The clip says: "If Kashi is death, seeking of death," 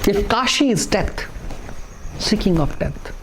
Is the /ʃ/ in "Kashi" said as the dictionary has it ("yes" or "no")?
yes